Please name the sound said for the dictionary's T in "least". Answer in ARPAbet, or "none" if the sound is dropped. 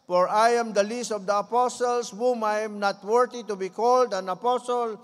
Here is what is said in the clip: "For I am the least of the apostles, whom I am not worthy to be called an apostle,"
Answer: T